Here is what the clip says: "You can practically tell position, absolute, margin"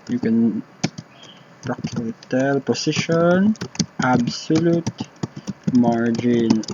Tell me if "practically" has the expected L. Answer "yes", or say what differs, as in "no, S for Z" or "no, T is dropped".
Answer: no, L is dropped